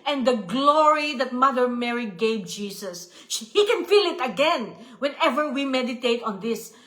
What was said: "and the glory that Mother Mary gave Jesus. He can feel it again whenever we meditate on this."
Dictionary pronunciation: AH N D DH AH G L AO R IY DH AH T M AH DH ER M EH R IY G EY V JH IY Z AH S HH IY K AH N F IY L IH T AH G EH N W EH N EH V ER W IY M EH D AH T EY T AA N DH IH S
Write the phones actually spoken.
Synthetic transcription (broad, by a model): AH N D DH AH G L AO R IY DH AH T M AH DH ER M EH R IY G EY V JH IY S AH S HH IY K AH N F IY L IH T AH G EH N W EH N EH V ER W IY M EH D AH T EY T AA N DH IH S